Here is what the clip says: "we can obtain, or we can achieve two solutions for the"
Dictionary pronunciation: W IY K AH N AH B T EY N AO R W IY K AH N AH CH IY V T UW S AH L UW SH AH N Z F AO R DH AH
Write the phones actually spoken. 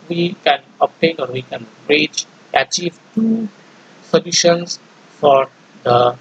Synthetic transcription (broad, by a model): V IY K AH N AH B T EY N AO R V IY K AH N AH CH IY V T UW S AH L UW SH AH N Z F AO R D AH